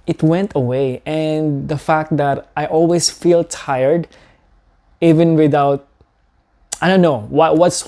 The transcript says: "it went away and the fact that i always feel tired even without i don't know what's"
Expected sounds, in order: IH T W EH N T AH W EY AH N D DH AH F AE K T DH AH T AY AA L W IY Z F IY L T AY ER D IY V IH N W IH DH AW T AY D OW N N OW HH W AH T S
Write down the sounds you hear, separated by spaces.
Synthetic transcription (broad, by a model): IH T W EH N T AH W EY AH N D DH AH F AE K T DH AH T AY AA L W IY S F IY L T AY ER D IY V IH N W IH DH AW T AY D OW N N OW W W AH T S